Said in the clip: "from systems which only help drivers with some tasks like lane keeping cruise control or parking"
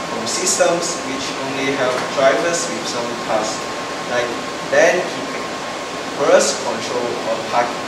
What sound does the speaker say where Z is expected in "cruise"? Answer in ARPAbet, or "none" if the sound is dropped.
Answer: S